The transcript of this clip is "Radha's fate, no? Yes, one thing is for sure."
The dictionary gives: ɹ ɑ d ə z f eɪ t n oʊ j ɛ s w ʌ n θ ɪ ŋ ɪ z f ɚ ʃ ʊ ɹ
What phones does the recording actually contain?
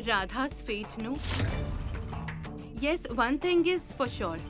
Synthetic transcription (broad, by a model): ɹ ɑ d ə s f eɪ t n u j ɛ s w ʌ n t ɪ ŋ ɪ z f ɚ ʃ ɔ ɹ